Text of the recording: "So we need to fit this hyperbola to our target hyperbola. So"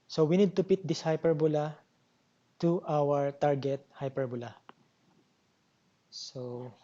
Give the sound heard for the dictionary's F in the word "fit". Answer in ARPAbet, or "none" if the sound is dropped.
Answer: P